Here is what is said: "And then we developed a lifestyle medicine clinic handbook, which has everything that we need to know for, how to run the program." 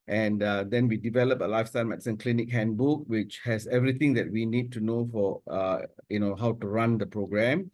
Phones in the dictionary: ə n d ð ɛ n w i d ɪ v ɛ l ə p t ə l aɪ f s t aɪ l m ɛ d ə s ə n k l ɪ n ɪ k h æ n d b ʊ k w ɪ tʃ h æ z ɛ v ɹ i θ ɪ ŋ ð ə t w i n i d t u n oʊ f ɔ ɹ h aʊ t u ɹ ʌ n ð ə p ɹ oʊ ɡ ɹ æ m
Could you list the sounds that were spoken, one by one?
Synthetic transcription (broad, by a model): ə n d ɛ n w i d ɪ v ɛ l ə p ə l aɪ f s t aɪ l m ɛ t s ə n k l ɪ n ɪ k h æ n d b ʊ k w ɪ tʃ h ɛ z ɛ v ɹ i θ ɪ ŋ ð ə t w i n i d t u n oʊ f ɔ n h aʊ t u ɹ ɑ n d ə p ɹ oʊ ɡ ɹ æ m